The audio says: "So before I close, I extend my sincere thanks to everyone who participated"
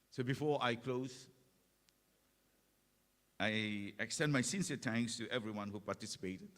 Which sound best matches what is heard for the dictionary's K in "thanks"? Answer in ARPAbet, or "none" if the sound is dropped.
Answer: none